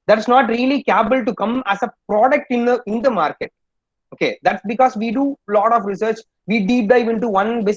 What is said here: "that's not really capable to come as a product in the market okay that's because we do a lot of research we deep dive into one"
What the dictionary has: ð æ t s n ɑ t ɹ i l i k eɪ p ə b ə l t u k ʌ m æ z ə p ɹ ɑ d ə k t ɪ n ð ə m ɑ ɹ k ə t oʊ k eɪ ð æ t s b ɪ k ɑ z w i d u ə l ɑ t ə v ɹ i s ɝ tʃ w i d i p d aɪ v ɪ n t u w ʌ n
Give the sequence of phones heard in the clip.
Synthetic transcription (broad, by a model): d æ t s n ɑ t ɹ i l i k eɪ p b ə l t u k ʌ m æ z ə p ɹ ɑ d ə k t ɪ n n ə m ɑ ɹ k ə t oʊ k eɪ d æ t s b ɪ k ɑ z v i d u l ɑ t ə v ɹ i s ɝ tʃ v i d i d d aɪ v ɪ n t u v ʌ n